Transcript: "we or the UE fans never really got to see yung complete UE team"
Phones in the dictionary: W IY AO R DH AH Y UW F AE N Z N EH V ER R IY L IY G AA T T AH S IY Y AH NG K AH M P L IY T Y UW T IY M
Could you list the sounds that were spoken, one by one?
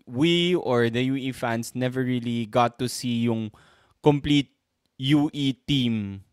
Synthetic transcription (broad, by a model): W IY AO R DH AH Y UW F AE N S N EH V ER R IY L IY G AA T T AH S IY Y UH NG K AH M P L IY T Y UW T IY M